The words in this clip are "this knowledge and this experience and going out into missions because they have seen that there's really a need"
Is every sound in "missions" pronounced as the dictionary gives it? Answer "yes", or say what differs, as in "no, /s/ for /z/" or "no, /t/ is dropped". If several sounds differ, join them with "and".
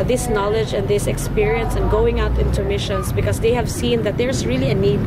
no, /s/ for /z/